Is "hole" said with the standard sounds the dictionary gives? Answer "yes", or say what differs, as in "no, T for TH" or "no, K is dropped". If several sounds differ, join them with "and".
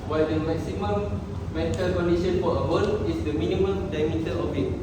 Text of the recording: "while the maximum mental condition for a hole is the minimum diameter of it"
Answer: no, N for L